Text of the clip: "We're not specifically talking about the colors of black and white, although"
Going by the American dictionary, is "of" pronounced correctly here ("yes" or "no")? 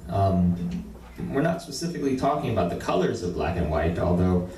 yes